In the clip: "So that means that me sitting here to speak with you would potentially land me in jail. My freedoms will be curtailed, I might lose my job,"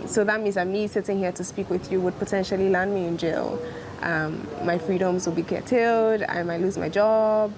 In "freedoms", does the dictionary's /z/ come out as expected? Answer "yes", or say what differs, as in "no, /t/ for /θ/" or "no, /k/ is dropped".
yes